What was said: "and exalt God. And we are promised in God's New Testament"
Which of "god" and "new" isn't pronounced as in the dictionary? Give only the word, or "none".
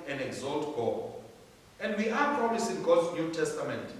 god